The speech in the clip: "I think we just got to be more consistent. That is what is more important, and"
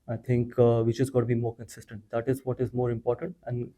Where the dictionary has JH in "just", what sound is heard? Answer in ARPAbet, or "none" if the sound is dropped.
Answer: CH